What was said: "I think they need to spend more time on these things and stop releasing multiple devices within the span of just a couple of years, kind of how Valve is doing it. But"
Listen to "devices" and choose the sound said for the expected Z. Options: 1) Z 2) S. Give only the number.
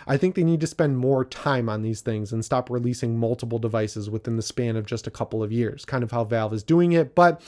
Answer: 1